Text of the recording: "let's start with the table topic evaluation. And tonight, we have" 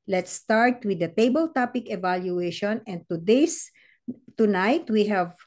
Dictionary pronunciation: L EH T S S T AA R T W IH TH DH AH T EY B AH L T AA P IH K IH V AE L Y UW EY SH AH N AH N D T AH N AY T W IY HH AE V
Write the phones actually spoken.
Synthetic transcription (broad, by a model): L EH T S S T AA R T W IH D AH T EY B AH L T AA P IH K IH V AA L Y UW EY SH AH N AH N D T AH N AY T W IY HH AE V